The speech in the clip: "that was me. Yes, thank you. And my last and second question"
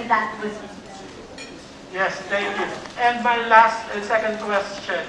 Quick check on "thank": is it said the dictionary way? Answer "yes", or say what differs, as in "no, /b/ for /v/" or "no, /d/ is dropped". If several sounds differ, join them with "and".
no, /t/ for /θ/